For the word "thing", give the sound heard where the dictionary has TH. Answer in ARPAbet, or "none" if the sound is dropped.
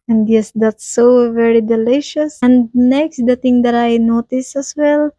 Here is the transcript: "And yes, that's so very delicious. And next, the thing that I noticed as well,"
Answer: T